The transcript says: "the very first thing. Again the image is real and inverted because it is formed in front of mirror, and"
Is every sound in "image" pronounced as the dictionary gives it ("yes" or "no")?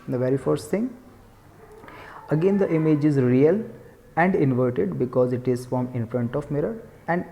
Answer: yes